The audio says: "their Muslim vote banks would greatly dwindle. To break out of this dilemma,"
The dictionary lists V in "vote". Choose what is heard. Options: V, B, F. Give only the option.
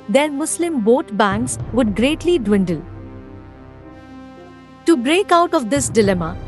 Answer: B